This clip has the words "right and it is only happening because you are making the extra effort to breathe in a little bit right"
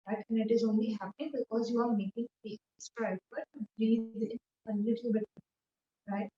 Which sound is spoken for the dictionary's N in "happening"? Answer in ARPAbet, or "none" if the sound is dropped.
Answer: none